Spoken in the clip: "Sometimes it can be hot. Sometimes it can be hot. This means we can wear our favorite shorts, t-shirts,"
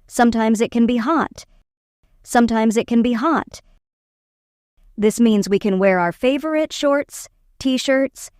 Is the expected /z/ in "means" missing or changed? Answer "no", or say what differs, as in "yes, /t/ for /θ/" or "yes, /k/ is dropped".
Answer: no